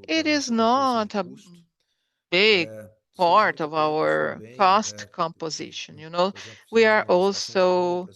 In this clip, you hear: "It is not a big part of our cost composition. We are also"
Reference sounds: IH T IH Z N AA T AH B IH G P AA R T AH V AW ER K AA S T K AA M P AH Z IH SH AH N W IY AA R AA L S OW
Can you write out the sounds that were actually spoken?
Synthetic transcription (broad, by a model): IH T IH Z N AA T AH B IH G P AA R T AH V AW ER K AA S T K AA M P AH Z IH SH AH N W IY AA R AA L S OW